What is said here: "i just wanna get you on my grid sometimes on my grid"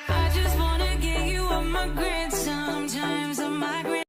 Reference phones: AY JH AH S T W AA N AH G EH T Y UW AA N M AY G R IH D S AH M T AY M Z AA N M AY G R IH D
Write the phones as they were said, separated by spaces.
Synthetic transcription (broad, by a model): AY JH AH S T W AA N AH G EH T Y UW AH M AY G R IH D S AH M T AY M Z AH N M AY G R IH